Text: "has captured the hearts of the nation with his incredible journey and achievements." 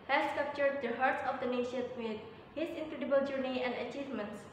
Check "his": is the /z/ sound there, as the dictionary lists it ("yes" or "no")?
no